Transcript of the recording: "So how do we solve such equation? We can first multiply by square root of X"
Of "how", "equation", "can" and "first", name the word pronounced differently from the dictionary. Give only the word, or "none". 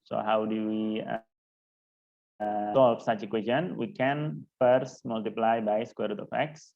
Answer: equation